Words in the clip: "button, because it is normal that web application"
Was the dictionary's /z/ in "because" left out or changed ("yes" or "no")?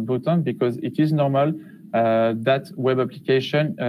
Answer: no